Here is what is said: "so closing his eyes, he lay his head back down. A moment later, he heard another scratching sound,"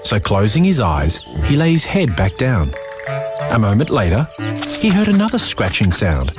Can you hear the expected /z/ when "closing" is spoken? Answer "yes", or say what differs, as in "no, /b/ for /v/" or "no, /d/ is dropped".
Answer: yes